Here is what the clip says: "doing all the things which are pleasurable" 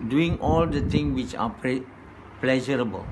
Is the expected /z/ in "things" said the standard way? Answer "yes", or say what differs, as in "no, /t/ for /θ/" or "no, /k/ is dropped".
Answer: no, /z/ is dropped